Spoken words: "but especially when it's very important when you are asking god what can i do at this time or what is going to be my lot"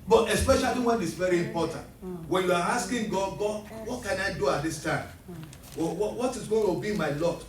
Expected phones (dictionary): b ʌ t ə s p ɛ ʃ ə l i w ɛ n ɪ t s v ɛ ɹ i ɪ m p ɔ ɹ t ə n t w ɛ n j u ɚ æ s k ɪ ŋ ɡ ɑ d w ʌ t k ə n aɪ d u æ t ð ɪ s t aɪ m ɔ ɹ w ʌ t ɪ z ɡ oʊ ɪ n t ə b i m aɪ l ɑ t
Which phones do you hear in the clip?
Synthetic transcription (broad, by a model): b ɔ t ə s p ɛ ʃ ə l i w ɛ n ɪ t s v ɛ ɹ i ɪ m p ɔ t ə n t w ɛ n j u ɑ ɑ s k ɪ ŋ ɡ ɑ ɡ w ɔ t k ə n aɪ d u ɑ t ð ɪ s t aɪ m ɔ w w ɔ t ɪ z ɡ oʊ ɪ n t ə b i m aɪ l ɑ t